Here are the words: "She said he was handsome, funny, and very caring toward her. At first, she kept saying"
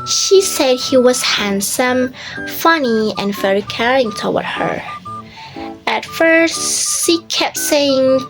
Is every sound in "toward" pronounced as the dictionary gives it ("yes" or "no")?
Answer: no